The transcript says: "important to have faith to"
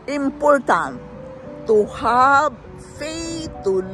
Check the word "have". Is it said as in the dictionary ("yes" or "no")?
no